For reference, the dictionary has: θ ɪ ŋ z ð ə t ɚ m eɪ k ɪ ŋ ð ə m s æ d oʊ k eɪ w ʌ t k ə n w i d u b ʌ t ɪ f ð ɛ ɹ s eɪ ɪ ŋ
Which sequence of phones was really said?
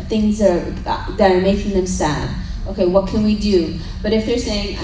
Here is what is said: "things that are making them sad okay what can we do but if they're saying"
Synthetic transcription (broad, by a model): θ ɪ ŋ z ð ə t ɚ m eɪ k ɪ ŋ ð ə m s æ d oʊ k eɪ w ʌ t k ə n w i d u b ʌ t ɪ f ð ɛ ɹ s eɪ ɪ ŋ